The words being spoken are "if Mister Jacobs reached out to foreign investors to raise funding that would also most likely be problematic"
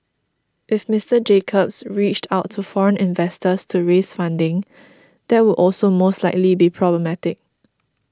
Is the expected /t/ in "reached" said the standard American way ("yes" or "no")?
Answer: yes